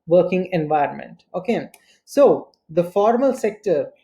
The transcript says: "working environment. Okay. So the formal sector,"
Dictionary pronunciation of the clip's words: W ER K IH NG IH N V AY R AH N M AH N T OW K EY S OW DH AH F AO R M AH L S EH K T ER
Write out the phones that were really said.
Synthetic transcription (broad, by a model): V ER K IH NG IH N V AY R AH N M AH N T OW K EY S OW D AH F AO R M AH L S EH K T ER